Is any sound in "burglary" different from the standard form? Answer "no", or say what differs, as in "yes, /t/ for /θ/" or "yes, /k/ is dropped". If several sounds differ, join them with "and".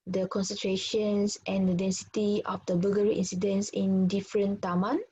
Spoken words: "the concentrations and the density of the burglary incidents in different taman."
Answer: yes, /l/ is dropped